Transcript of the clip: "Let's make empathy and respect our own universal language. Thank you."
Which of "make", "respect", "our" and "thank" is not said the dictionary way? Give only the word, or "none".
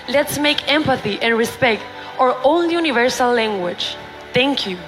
thank